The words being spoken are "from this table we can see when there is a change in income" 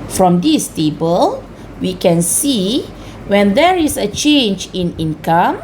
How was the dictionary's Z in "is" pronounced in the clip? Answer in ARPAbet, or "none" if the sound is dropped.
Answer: S